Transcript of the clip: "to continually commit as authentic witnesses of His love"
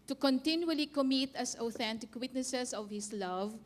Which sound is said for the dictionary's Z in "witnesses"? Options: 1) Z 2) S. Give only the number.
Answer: 2